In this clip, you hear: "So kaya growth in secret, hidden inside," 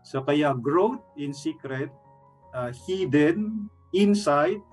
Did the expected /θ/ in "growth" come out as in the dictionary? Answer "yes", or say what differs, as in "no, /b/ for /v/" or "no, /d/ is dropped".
no, /t/ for /θ/